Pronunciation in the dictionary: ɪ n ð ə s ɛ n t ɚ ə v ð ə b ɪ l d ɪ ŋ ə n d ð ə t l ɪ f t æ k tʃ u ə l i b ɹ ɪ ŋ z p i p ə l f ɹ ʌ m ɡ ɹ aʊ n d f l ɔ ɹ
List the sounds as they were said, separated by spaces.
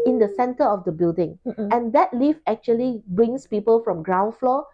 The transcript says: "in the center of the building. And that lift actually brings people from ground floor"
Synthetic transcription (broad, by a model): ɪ n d ə s ɛ n t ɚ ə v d ə b ɪ l d ɪ ŋ ə n d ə t l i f æ k tʃ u ə l i b ɹ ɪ ŋ s p i p ə l f ɹ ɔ m ɡ ɹ aʊ n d f l ɔ